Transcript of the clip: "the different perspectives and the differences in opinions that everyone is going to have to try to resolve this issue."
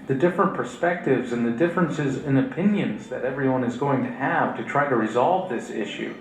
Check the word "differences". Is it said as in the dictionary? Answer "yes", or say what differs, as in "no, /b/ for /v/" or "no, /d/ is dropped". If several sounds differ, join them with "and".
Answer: yes